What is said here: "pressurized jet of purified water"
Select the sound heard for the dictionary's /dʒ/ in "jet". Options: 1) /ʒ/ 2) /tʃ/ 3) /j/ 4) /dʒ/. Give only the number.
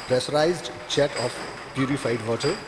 2